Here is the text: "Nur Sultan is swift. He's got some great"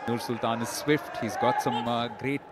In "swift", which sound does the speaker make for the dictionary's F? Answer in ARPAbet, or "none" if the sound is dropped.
F